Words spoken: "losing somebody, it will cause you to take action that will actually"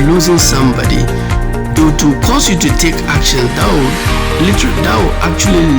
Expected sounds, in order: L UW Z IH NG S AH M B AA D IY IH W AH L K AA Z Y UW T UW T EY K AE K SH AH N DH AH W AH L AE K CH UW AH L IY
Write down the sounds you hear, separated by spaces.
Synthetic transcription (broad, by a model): L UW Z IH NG S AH M B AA D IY IH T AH K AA S Y UW T UW T EY K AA K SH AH N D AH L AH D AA K CH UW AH L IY